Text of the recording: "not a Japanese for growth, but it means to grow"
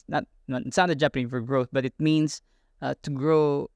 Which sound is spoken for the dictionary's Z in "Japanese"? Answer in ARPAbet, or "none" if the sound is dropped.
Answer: none